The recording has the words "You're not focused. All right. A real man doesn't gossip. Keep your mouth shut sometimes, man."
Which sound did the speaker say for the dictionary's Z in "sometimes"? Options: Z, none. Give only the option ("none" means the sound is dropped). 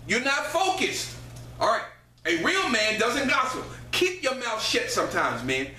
Z